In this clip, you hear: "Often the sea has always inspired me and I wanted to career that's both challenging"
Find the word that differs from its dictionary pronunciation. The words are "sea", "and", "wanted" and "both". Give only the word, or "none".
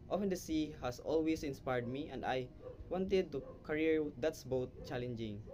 both